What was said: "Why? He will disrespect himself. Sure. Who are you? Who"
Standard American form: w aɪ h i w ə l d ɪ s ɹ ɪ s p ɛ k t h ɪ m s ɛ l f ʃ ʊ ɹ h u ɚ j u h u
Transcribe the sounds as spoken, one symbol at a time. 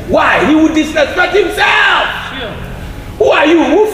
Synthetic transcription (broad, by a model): w aɪ h i w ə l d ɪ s ɪ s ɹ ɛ t h ɪ m s ɛ l f h u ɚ j u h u